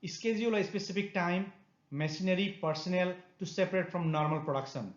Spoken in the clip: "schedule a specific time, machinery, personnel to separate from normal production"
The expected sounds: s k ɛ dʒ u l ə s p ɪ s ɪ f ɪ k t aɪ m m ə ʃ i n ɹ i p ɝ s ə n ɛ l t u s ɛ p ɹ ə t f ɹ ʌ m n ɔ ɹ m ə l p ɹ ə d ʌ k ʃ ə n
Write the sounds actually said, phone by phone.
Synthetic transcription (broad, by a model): s k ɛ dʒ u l ə s p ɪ s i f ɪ k t aɪ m m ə s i n ɹ i p ɝ s ə n ɛ l t u s ɛ p ɹ ə t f ɹ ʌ m n ɔ ɹ m ə l p ɹ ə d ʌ k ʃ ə n